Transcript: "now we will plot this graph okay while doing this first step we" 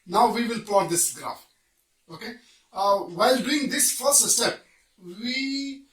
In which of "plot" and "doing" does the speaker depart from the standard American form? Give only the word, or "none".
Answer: plot